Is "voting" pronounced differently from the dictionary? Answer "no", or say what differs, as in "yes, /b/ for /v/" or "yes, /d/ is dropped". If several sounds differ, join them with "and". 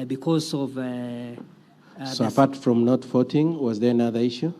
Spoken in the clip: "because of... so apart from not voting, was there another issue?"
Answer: yes, /f/ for /v/